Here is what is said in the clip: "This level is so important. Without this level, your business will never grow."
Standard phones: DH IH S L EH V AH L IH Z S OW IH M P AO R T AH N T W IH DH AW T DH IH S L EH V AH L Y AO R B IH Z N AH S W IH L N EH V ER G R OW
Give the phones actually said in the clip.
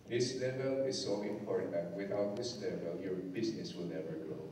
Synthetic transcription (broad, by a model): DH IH S L EH V AH L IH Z S OW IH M P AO R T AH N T W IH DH AW T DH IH S L EH V AH L Y AO R B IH S N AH S W IH L N EH V ER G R OW